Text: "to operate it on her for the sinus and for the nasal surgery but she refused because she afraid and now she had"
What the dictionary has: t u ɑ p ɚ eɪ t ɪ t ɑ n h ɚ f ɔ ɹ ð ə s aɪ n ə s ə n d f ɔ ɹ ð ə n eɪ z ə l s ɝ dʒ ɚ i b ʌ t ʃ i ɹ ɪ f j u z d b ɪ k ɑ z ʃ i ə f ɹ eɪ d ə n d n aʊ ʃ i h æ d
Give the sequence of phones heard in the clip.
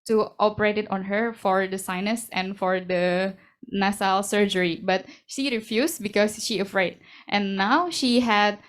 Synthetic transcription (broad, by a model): t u ɑ p ɚ eɪ t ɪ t ɑ n h ɚ f ɔ ɹ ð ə s aɪ n ə s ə n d f ɔ ɹ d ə n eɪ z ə l s ɝ dʒ ɚ i b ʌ t ʃ i ɹ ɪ f j u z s b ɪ k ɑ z ʃ i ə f ɹ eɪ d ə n n aʊ ʃ i h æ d